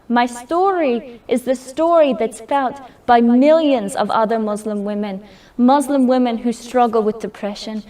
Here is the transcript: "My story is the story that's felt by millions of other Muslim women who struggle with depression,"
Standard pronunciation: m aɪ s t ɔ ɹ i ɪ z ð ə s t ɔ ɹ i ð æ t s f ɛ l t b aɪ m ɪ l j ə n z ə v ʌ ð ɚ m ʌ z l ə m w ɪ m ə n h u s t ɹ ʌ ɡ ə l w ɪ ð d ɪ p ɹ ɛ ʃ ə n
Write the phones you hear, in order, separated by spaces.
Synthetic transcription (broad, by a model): m aɪ s t ɔ ɹ i ɪ z ð ə s t ɔ ɹ i ð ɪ t s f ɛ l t b aɪ m ɪ l j ə n z ə v ʌ ð ɚ m ʌ z l ə m w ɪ m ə n h u s t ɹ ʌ ɡ l w ɪ ð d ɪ p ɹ ɛ ʃ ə n